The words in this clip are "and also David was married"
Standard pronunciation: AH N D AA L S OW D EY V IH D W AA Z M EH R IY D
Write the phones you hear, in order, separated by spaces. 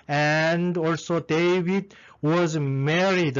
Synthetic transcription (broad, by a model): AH N D AA L S OW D EY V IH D W AA Z M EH R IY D